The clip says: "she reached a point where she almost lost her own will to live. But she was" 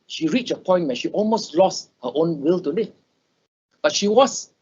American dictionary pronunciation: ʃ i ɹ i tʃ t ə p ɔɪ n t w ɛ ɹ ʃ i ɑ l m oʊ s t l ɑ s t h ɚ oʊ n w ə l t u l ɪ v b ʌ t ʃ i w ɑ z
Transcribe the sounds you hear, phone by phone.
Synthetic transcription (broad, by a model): ʃ i ɹ i tʃ ə p ɔɪ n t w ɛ ʃ i ɑ l m oʊ s t l ɑ s t h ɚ oʊ n w ə l t u l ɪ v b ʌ t ʃ i w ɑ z